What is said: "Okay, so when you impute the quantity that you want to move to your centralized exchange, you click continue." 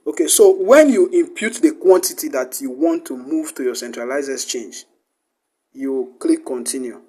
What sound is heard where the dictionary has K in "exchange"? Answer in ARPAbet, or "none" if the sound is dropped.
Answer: none